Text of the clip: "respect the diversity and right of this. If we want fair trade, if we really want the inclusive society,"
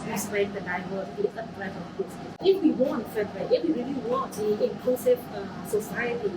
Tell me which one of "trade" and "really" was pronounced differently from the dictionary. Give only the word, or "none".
trade